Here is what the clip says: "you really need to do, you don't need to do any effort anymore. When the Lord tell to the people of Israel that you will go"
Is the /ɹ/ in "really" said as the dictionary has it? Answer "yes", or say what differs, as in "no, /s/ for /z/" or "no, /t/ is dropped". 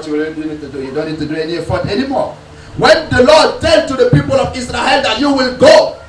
no, /w/ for /ɹ/